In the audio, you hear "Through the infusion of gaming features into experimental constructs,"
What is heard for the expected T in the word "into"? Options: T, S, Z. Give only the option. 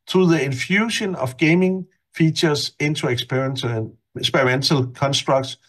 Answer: S